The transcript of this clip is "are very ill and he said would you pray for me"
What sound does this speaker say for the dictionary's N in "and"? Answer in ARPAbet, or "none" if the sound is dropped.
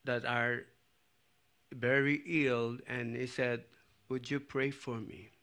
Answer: L